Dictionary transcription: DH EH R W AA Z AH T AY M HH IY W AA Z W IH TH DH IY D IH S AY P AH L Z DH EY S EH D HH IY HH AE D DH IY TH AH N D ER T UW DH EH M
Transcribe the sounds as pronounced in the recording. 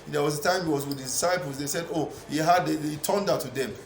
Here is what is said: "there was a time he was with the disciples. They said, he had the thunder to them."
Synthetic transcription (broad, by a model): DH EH W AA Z AH T AY M HH IY W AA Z W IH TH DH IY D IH S AY P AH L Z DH EY S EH D HH IY HH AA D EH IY T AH N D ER T UW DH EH M